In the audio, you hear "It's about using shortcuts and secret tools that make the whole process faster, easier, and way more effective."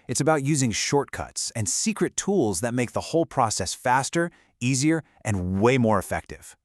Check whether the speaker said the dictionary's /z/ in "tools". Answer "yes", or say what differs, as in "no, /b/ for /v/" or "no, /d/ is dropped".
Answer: yes